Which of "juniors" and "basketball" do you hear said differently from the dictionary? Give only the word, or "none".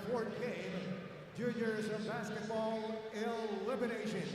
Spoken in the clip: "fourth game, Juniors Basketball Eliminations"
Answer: juniors